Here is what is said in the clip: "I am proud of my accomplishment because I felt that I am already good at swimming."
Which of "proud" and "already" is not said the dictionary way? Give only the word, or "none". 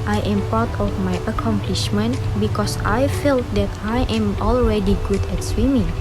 proud